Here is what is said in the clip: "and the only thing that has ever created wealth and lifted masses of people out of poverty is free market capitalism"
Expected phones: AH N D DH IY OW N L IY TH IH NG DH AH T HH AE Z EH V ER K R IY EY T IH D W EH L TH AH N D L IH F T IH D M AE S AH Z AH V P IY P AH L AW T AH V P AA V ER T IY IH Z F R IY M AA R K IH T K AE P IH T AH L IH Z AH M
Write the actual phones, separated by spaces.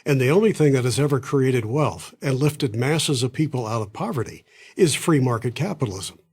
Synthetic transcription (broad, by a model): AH N DH IY OW N L IY TH IH NG DH AH T HH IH Z EH V ER K R IY EY T IH D W EH L TH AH N L IH F T IH D M AE S AH Z AH V P IY P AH L AW T AH V P AA V ER T IY IH Z F R IY M AA R K IH T K AE P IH T L IH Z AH M